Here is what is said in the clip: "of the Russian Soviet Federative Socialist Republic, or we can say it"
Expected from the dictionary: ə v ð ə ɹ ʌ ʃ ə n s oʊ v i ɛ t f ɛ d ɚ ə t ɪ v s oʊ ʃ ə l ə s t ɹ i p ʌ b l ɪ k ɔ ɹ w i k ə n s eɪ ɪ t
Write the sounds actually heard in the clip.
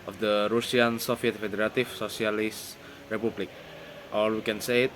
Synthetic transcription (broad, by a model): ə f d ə ɹ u s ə n s oʊ f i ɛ t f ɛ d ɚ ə t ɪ f s oʊ s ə l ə s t ɹ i p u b l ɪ k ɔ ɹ w i k ə n s eɪ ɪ t